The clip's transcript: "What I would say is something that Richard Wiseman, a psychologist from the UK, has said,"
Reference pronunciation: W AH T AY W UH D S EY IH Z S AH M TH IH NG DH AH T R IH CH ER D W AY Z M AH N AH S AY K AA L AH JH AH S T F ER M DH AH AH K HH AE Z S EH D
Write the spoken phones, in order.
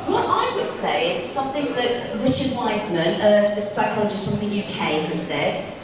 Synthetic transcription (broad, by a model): W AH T AY W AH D S EY IH Z S AH M TH IH NG DH AH T R IH CH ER D W AY Z M AH N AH S AY K AA L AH JH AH S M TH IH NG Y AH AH K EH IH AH S EH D